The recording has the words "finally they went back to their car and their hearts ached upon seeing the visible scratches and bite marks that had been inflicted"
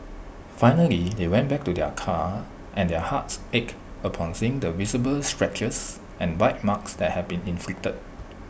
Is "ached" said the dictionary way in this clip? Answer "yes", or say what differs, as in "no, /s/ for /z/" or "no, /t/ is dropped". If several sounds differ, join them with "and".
no, /t/ is dropped